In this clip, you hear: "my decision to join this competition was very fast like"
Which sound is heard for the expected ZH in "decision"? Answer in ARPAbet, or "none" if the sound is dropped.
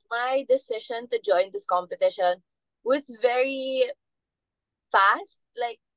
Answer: SH